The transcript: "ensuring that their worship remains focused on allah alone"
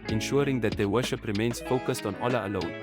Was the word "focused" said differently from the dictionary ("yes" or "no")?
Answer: no